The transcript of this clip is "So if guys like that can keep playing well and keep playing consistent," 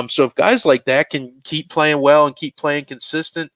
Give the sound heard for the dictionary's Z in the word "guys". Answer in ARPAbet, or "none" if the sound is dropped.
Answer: Z